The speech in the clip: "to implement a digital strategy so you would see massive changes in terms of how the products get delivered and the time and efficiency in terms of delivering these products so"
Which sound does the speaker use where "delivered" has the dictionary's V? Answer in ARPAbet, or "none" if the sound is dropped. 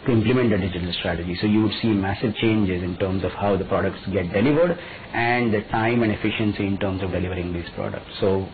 V